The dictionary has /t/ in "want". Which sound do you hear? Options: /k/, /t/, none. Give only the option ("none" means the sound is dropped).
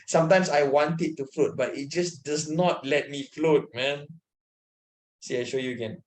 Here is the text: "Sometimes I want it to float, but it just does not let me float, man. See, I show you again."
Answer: /t/